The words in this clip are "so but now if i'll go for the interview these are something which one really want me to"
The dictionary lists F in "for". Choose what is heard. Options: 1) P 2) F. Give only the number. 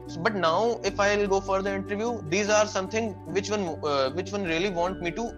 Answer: 2